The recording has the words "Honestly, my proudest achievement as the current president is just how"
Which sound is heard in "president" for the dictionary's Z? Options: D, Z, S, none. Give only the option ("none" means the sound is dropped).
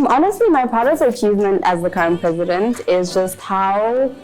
Z